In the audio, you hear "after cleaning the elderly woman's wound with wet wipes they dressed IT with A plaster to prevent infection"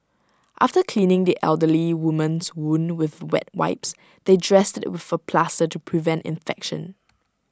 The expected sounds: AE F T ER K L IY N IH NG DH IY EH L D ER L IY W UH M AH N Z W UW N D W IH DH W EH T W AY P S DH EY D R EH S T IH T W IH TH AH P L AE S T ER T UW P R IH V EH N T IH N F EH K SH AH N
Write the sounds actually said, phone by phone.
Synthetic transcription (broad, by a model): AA F T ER K L IY N IH NG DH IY EH L D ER L IY W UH M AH N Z W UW N W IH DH W EH T W AY P S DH EY D R EH S T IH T W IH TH AH P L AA S T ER T UW P R IH V EH N T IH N F EH K SH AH N